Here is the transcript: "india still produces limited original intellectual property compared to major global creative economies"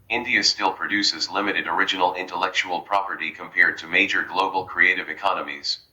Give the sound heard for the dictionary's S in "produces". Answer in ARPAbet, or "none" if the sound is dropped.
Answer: S